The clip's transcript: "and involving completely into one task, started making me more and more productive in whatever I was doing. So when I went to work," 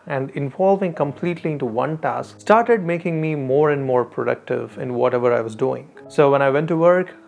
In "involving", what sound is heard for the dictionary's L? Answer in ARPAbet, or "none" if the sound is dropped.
L